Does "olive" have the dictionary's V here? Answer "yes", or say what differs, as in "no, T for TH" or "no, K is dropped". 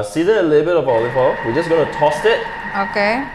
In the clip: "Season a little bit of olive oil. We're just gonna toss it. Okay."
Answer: no, F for V